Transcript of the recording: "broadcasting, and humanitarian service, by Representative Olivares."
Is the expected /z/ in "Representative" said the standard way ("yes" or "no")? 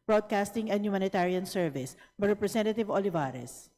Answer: no